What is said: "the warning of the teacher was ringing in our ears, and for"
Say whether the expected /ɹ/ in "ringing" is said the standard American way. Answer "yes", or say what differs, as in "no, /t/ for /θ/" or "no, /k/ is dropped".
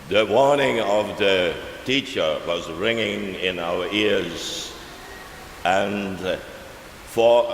yes